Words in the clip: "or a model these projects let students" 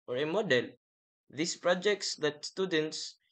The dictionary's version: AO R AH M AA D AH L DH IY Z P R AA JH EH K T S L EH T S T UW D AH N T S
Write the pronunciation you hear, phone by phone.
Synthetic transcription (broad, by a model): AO R AH M AA D AH L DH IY S P R AA JH EH K T S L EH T S T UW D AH N T S